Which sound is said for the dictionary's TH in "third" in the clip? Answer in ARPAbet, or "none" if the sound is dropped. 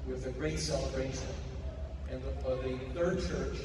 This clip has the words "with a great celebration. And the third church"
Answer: TH